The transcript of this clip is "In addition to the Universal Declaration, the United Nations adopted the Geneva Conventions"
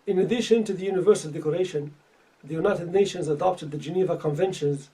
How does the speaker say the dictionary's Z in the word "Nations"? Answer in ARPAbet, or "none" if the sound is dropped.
Z